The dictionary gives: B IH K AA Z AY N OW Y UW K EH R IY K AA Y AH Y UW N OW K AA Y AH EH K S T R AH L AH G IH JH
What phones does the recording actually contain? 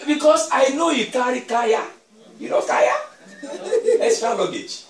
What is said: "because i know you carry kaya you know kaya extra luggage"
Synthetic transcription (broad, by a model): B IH K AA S AY N OW Y UW K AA R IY K AA Y AH Y UW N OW K AA Y AH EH S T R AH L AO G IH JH